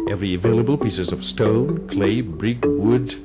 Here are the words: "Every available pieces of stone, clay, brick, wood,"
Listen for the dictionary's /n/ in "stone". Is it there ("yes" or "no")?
yes